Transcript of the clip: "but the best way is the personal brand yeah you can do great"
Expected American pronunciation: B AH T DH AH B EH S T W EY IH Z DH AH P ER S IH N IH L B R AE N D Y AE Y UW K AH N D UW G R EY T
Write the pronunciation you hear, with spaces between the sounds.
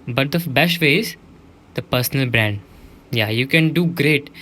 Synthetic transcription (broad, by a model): B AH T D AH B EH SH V EY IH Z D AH P ER S IH N IH L B R AE N D Y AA Y UW K AH N D UW G R EY T